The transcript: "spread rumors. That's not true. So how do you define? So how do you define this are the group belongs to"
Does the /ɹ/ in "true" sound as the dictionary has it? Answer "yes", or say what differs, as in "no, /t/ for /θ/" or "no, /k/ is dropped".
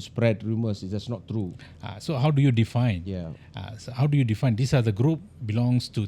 yes